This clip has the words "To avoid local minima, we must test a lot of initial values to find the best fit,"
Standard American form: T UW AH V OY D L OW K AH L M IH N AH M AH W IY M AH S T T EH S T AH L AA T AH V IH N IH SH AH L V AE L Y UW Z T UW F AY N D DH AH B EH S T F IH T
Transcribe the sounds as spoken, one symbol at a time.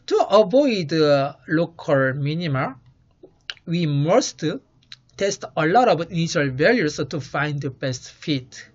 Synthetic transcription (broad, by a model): T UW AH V OY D L OW K AH L M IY N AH M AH W IY M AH S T T EH S T AH L AA T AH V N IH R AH L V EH L Y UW S T UW F AY N D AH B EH S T F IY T